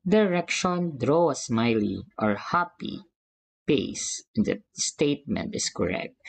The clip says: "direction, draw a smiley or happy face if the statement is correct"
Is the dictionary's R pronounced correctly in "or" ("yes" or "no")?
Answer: yes